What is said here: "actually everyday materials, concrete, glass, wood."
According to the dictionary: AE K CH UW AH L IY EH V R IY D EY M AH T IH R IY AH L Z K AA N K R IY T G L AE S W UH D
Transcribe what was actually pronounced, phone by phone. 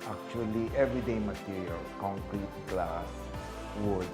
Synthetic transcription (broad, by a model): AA K CH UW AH L IY EH V R IY D EY M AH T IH R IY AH L K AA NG K R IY T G L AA S W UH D